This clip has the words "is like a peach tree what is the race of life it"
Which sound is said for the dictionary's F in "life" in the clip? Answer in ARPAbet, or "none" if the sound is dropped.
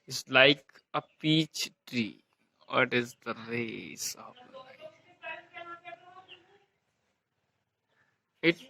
none